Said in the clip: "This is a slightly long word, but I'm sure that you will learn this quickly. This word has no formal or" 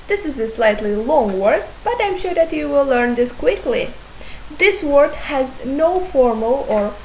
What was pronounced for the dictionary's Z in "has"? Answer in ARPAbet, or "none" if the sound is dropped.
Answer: Z